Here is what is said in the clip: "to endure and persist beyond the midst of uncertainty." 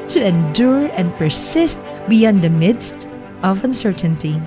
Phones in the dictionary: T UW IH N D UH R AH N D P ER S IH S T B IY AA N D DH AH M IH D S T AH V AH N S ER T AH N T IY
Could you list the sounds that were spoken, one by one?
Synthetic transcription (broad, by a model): T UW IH N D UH R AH N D P ER S IH S T B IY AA N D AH M IH D S T AH V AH N S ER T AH N T IY